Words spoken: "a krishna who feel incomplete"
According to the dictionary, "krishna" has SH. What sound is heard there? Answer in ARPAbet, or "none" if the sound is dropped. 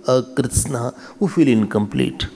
S